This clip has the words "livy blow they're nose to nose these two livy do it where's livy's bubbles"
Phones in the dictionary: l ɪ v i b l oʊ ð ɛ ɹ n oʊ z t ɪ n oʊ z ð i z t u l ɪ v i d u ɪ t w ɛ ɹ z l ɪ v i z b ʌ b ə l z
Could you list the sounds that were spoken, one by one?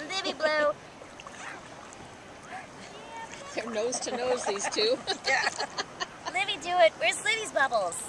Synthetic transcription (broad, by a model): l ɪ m i b l oʊ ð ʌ ɹ n oʊ z t ɪ n oʊ z ð i z t u l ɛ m i d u ɪ t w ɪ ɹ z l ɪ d i z b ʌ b l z